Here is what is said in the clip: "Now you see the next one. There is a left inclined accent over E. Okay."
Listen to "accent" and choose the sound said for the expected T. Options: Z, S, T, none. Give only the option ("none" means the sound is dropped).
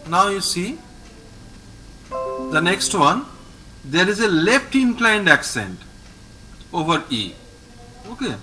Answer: T